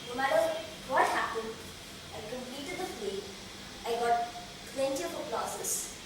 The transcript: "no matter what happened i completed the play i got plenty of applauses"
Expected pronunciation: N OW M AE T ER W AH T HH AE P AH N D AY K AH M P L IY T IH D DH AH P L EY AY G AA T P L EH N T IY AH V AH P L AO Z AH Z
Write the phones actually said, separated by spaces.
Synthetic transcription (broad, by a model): N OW M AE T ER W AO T HH AE P AH N D AY K AH M P L IY T IH D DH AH F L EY AY G AA T P L EH N T IY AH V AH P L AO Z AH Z